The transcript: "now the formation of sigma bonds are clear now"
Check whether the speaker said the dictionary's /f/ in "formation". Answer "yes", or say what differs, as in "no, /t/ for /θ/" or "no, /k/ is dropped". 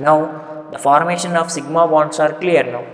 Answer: yes